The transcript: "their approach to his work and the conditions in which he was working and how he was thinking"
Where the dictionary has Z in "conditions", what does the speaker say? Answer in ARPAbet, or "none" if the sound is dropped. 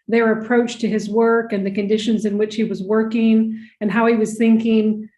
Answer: Z